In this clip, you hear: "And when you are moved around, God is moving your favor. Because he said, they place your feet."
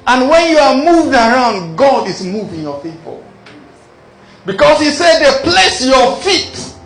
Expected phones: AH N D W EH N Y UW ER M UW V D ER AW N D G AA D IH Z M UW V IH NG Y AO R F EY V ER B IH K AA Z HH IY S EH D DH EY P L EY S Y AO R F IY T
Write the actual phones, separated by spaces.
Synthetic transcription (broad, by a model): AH N W EH N Y UW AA M UW V D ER AW N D G AA D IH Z M UW V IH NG Y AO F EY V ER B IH K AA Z HH IY S EH D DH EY P L EY S Y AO F IY T